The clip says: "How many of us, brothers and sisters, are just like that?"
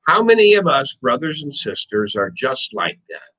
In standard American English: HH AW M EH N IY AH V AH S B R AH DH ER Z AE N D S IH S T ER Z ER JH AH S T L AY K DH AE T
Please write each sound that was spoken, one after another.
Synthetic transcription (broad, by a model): HH AW M EH N IY AH V AH S B R AH DH ER Z N S IH S T ER Z ER JH AH S T L AY K DH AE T